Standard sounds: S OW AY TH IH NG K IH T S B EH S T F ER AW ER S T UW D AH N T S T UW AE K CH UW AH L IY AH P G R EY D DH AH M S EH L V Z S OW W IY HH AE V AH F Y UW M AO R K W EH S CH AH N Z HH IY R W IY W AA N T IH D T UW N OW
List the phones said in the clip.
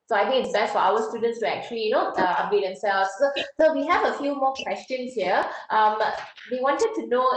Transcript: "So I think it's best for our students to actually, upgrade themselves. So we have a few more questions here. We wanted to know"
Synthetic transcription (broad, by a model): S OW AY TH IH NG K IH T S B EH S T F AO AW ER S T UW D AH N T S T UW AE K CH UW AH L IY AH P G EY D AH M S EH L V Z S OW W IY HH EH V AH F Y UW M AO K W EH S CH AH N S HH IY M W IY W AA N T IH D T UW N OW